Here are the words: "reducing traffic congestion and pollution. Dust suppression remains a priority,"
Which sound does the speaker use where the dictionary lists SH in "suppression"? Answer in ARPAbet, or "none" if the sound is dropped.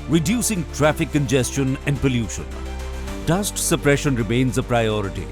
SH